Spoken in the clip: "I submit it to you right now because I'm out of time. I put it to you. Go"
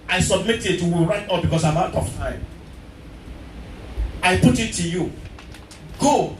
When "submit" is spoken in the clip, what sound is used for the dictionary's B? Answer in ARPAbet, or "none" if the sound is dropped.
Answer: B